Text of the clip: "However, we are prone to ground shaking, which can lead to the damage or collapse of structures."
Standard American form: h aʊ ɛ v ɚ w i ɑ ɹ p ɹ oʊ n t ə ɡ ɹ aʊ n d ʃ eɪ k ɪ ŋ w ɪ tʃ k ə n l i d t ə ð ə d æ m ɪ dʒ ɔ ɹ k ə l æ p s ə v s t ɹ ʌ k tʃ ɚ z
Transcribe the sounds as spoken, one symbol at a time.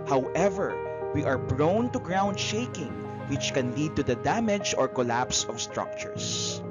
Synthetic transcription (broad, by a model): h aʊ ɛ v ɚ w i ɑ ɹ b ɹ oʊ n t ə ɡ ɹ aʊ n d ʃ eɪ k ɪ ŋ w ɪ tʃ k ə n l i d t ə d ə d æ m ɪ dʒ ɔ ɹ k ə l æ p s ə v s t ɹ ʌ k tʃ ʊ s